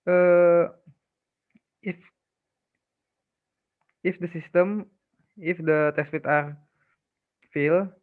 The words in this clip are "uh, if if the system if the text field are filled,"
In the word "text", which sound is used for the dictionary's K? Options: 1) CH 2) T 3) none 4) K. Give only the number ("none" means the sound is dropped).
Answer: 3